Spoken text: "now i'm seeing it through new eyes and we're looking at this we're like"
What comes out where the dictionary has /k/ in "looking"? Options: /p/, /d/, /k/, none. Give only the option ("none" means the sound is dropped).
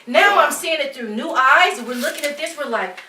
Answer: /k/